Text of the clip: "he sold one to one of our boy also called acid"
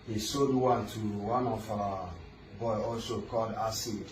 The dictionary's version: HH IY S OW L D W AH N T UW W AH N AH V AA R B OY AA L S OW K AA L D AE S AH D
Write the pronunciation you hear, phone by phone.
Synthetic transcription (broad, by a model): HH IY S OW D W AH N T UW W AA N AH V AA B OY AA L S OW K AA L D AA S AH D